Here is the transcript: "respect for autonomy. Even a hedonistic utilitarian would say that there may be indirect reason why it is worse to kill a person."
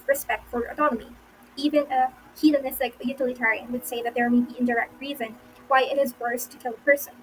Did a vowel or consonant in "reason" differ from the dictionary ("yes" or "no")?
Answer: no